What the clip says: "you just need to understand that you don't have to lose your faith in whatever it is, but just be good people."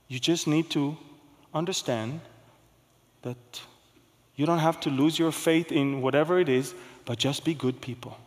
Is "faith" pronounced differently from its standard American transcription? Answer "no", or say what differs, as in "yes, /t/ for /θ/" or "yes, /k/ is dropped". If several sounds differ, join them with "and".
no